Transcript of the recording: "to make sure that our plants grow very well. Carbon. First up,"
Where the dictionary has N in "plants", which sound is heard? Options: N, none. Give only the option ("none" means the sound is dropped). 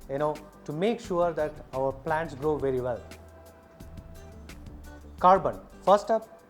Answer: N